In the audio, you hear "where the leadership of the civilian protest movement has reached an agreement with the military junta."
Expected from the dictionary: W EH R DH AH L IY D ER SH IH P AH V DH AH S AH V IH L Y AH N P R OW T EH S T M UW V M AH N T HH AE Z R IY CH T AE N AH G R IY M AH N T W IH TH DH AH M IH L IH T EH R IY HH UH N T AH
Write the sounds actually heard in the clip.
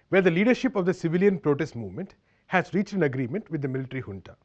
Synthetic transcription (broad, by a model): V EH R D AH L IY D ER SH IH P AH V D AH S AH V IH L Y AH N P R OW T EH S T M UW V M AH N T HH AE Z R IY CH T AE N AH G R IY M AH N T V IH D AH M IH L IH T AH R IY HH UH N T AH